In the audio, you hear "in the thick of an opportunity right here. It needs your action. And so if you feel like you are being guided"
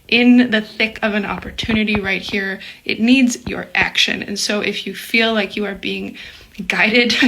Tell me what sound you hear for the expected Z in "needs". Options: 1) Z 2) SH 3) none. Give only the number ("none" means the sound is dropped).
1